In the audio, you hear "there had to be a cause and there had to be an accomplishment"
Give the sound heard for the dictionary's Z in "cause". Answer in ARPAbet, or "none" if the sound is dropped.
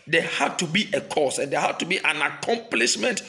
S